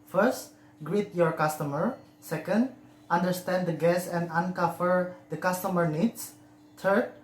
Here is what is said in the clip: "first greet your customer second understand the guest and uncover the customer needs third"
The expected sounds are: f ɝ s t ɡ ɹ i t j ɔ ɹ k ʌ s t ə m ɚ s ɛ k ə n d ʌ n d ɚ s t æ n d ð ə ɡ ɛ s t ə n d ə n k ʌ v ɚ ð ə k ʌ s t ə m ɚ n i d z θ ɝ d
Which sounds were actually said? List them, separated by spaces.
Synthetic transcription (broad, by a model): f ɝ s t ɡ ɹ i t j ɔ ɹ k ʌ s t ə m ɚ s ɛ k ə n d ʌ n d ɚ s t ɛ n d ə ɡ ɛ s ə n d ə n k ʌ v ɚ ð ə k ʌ s t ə m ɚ n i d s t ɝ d